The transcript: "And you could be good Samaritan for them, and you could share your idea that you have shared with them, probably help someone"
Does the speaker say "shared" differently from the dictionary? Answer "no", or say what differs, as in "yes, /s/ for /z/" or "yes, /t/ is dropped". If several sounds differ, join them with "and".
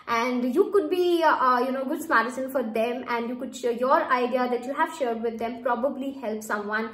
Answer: no